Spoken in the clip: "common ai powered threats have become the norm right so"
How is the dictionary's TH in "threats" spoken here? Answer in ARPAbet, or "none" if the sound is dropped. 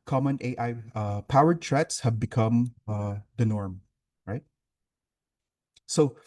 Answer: T